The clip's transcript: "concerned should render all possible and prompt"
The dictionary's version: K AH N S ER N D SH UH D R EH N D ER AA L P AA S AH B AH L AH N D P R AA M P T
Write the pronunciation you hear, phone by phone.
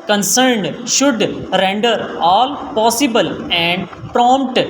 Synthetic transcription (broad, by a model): K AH N S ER N D SH UH D R EH N D ER AA L P AA S AH B AH L AH N D P R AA M P T